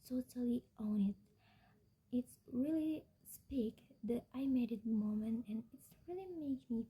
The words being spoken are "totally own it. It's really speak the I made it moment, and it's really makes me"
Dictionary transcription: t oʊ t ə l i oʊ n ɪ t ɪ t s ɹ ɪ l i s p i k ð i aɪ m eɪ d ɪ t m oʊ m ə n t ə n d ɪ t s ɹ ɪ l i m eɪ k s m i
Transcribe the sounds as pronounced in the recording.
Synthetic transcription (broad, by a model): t oʊ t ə l i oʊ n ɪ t ɪ t s ɹ ɪ l i s p i k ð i aɪ m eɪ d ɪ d m oʊ m ə n t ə n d ɪ t s ɹ ɪ l i m eɪ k m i